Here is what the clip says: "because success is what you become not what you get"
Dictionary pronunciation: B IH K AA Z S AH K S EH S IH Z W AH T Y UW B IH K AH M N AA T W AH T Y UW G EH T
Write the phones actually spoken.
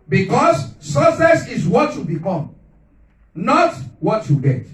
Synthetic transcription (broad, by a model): B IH K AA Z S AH S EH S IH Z W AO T Y UW B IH K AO M N AA T W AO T Y UW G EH T